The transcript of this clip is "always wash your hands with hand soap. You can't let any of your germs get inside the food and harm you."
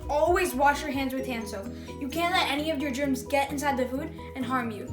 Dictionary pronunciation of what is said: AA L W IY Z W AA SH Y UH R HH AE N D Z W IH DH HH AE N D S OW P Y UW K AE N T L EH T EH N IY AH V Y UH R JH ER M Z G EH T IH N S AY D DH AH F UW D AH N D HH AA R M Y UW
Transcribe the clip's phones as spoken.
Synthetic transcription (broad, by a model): AA L W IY Z W AA SH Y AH R HH AE N D Z W IH DH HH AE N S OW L Y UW K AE N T L EH T EH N IY AH V Y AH R JH ER M Z G EH T IH N S AY D DH AH F UW D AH N HH AA R M Y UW